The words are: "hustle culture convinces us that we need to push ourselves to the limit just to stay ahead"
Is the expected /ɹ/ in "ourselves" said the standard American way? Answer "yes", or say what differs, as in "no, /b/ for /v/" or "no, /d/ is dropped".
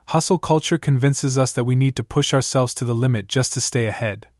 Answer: yes